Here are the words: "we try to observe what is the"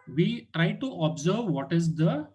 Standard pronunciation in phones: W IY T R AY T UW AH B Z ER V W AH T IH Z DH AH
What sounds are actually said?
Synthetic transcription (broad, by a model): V IY T R AY T UW AH B Z ER V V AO T IH Z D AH